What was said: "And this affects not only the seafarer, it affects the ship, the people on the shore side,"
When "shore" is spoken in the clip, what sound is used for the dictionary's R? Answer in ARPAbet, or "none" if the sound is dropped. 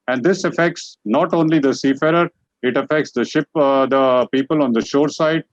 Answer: R